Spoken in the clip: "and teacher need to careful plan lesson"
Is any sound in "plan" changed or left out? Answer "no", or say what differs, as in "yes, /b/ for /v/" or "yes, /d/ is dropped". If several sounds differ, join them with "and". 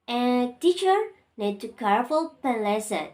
yes, /l/ is dropped